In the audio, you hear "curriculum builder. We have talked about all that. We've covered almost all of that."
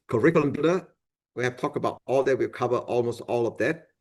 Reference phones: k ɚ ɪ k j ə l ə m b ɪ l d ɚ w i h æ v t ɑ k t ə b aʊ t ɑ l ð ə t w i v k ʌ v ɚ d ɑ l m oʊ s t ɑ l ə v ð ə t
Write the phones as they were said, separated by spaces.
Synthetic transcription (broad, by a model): k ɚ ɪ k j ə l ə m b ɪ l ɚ w i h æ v t ɑ k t ə b aʊ t ɑ l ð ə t w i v k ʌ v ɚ ɑ l m oʊ s t ɑ l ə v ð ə t